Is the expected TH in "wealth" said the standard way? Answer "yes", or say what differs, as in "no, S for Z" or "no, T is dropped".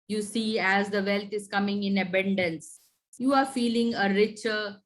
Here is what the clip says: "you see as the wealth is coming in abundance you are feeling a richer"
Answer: no, T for TH